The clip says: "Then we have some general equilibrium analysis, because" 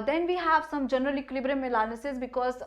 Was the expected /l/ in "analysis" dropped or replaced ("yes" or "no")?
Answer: yes